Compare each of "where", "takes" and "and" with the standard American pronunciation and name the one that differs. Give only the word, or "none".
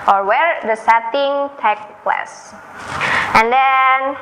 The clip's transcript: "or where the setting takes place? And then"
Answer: takes